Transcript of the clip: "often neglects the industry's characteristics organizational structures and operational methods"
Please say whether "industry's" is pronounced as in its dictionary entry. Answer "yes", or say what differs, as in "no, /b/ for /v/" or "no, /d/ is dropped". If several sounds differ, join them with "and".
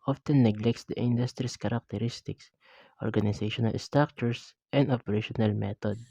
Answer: no, /s/ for /z/